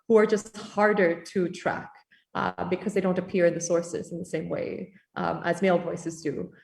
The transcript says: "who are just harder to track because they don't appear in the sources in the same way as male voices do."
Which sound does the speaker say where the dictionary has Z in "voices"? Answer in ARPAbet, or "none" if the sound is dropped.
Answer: Z